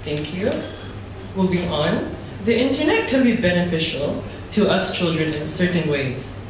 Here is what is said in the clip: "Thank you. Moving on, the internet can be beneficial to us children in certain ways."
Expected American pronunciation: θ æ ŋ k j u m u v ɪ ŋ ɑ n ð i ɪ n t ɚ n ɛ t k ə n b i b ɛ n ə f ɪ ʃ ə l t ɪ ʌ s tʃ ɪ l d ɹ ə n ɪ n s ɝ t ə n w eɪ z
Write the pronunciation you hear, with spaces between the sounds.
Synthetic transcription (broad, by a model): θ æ ŋ k j u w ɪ b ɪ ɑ n ð i ɪ n t ɚ n ɛ t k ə l b i b ɛ n ə f ɪ ʃ ə l t ɪ ʌ s tʃ ɪ l d ɹ ə n ɪ n s ɝ t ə n w eɪ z